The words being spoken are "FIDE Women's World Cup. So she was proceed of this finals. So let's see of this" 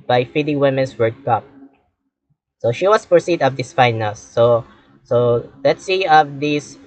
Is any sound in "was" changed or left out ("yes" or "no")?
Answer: yes